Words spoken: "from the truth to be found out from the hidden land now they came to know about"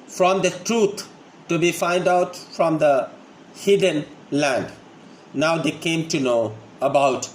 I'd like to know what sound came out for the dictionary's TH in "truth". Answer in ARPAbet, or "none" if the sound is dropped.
T